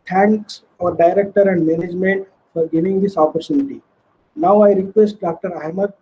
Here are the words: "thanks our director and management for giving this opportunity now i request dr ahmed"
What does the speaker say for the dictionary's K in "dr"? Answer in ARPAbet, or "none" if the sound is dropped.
K